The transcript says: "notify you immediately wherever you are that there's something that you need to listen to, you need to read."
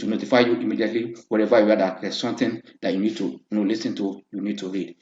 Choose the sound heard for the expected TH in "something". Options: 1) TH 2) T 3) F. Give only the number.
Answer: 2